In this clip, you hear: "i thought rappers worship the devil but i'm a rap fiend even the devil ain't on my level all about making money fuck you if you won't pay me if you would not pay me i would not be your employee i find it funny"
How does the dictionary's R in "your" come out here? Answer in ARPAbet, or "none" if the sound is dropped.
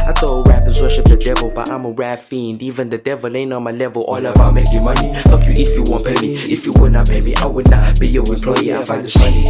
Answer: W